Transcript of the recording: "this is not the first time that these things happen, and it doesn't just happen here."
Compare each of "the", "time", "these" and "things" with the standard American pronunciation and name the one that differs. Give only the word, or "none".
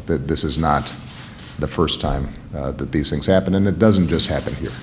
none